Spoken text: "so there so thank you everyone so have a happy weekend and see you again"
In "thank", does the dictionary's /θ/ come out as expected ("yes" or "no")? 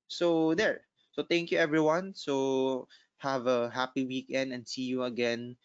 no